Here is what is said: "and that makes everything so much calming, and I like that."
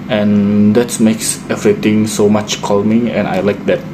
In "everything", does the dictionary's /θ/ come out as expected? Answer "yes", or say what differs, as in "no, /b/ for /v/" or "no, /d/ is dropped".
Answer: no, /t/ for /θ/